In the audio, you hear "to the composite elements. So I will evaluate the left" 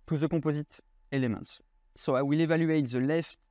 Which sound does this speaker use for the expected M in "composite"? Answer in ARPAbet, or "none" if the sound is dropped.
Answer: none